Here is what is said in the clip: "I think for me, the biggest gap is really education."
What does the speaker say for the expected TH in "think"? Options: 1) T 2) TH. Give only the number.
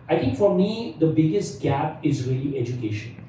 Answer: 1